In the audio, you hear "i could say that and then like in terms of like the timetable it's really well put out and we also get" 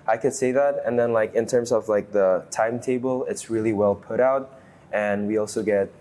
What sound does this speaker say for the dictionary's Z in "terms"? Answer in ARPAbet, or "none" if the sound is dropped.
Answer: Z